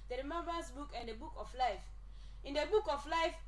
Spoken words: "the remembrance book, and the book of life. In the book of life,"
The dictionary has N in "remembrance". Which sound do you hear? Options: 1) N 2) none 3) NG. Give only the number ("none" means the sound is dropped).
2